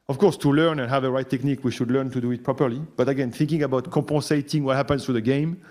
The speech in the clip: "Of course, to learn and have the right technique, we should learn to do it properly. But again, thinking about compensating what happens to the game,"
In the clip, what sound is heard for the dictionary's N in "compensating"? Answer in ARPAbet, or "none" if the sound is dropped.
none